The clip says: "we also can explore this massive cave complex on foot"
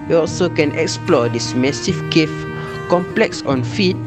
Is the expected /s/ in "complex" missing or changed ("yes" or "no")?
no